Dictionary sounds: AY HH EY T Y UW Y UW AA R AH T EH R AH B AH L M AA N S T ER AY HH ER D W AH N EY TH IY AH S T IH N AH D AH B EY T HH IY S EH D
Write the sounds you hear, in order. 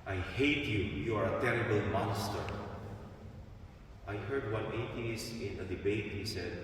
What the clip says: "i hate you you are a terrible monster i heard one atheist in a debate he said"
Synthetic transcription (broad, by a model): AY HH EY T Y UW Y UW AA R AH T EH R AH B AH L M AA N S T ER AY HH ER D W AH N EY T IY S IH N AH D AH B EY T HH IY S EH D